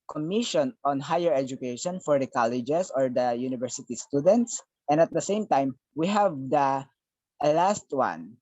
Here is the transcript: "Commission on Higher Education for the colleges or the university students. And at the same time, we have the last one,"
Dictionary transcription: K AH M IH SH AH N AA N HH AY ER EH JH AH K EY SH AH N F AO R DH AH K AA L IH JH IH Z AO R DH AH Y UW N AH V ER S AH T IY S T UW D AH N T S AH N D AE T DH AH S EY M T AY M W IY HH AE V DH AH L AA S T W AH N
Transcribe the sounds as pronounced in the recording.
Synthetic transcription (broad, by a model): K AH M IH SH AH N AA N HH AY ER EH JH AH K EY SH AH N F AO R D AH K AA L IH JH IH S AO R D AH Y UW N AH V ER S AH T IY S T UW D AH N T S AH N D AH T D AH S EY M T AY M W IY HH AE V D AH L AA S T W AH N